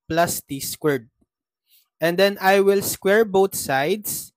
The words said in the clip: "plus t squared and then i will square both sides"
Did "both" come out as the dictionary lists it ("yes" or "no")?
no